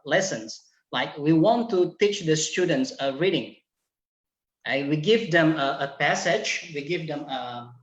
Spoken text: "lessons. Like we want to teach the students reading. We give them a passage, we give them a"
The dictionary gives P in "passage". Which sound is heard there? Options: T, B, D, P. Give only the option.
P